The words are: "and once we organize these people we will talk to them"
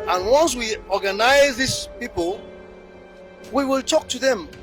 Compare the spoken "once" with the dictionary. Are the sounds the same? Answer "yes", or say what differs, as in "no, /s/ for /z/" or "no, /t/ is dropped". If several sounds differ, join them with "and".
yes